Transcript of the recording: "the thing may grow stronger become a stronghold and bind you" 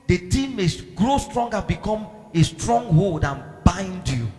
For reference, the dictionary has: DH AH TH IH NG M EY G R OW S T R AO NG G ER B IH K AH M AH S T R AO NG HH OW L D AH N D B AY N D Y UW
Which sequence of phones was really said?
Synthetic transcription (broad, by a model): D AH T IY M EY G R OW S T R AO NG G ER B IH K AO M AH S T R AO NG HH OW L D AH N B AY N D Y UW